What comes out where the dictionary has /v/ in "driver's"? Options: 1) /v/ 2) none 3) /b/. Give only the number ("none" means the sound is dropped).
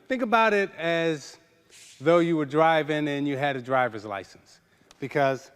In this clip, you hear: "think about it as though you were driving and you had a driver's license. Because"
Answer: 1